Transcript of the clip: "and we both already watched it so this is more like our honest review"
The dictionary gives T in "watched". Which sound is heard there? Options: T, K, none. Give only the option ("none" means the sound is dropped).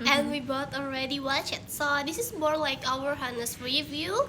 none